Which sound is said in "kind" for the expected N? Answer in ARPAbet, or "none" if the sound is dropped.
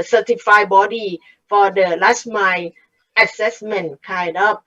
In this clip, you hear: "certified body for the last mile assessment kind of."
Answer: none